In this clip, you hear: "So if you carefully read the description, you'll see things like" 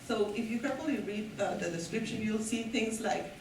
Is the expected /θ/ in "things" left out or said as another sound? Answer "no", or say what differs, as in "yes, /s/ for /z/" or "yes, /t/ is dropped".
yes, /t/ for /θ/